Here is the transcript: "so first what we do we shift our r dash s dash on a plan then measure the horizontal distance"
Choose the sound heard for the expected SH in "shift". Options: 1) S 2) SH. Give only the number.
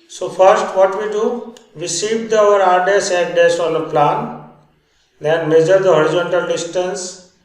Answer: 1